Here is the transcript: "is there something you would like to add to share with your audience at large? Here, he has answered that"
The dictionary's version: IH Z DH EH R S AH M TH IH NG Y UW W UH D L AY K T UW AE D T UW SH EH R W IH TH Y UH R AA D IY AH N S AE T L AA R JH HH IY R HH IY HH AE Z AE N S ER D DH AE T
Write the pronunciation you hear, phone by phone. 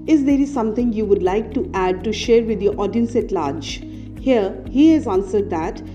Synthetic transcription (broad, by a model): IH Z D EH R S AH M T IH NG Y UW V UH D L AY K T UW AE D T UW SH EH R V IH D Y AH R AA D IY AH N S AE T L AA R JH HH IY R HH IY HH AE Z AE N S ER D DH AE T